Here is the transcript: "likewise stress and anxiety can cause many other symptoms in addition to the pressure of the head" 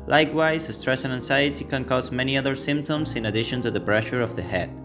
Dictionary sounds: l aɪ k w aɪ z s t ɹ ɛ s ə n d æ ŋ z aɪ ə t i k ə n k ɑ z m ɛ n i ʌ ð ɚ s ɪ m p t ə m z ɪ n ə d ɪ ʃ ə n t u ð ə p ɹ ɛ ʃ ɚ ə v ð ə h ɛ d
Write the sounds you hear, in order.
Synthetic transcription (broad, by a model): l aɪ k w aɪ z s t ɹ ɛ s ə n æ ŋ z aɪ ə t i k ə n k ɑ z m ɛ n i ʌ ð ɚ s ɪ m p t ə m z ɪ n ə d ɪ ʃ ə n t u ð ə b ɹ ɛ ʃ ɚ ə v ð ə h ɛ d